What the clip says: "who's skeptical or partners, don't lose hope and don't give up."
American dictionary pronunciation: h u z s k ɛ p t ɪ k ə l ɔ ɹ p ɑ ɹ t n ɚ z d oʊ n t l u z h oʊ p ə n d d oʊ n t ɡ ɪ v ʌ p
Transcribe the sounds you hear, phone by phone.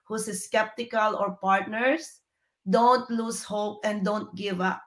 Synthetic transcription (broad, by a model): h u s s k ɛ p t ɪ k ə l ɔ ɹ p ɑ ɹ t n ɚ s d oʊ n t l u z h oʊ p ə n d d oʊ n t ɡ ɪ v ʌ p